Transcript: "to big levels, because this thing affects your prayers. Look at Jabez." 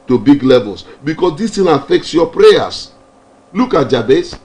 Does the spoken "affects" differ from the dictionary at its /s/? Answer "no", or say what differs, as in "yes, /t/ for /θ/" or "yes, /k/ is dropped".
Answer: no